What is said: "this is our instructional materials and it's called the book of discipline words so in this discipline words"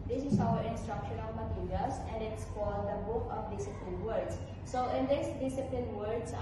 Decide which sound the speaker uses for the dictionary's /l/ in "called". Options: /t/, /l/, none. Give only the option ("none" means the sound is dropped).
none